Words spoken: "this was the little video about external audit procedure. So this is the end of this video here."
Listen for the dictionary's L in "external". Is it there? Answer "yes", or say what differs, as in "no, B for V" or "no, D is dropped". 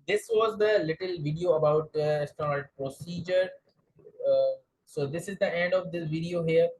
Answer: no, N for L